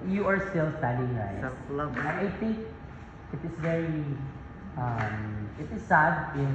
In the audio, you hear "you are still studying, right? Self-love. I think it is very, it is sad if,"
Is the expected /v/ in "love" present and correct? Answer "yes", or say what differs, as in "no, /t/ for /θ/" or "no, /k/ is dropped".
no, /v/ is dropped